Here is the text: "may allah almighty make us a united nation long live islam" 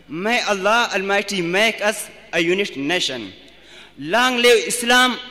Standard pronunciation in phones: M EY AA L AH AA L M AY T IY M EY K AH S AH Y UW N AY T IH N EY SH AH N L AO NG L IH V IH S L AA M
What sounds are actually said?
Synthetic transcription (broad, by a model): M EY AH L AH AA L M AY T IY M EY K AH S AH Y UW N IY T N EY SH AH N L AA NG L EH W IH S L AA M